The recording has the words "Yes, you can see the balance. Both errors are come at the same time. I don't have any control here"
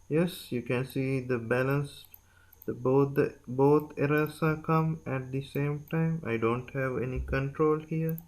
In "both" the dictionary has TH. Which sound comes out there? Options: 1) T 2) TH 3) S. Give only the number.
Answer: 1